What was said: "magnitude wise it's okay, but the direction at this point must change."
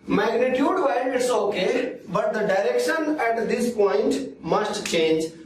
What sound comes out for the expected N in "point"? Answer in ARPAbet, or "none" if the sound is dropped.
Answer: N